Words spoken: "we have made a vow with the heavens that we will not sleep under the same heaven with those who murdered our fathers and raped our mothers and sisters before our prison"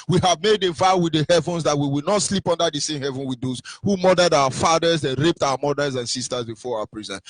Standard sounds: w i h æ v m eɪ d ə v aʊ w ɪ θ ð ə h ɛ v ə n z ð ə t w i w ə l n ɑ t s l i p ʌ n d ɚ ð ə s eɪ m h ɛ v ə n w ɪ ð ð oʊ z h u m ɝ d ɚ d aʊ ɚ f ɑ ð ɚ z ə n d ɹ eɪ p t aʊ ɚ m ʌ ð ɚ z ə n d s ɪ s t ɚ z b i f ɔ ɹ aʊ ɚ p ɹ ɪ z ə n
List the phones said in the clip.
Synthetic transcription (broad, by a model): w i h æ v m eɪ d ə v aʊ w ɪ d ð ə h ɛ v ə n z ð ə t w i w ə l n ɑ t s l i p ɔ n d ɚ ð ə s eɪ m h ɛ v ə n w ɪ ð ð oʊ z h u m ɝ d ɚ d aʊ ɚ f ɑ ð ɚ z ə n ɹ eɪ p t aʊ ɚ m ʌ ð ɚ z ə n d s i s t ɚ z b i f ɔ ɹ aʊ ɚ p ɹ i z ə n